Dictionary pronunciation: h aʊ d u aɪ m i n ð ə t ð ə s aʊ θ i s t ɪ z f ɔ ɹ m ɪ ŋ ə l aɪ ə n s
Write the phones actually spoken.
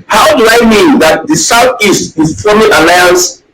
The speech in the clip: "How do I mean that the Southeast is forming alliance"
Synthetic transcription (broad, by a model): h aʊ d u aɪ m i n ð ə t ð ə s aʊ θ i s t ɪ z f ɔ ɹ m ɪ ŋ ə l aɪ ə n s